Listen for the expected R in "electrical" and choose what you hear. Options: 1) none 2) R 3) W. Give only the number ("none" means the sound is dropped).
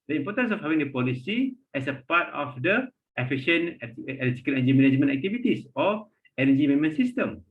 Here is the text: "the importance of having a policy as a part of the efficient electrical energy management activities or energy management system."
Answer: 1